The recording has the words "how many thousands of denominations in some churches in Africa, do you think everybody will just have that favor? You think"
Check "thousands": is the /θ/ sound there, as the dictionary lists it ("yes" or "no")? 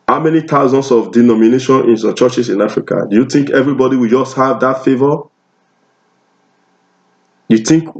no